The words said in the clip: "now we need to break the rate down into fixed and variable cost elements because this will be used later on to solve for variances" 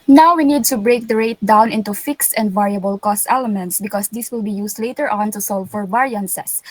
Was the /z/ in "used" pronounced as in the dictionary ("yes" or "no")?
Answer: no